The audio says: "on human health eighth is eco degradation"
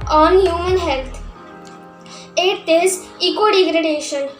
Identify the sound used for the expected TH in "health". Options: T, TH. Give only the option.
T